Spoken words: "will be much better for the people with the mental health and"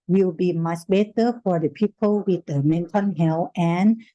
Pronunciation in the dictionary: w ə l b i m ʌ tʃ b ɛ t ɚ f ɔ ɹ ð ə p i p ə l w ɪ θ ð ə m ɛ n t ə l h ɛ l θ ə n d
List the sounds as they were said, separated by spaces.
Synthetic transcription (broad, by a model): w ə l b i m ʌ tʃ b ɛ t ɚ f ɔ ɹ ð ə p i p ə l w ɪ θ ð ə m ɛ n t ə n h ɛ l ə n